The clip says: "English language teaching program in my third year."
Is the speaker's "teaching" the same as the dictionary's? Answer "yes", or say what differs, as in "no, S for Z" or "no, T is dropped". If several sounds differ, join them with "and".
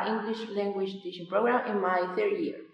no, SH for CH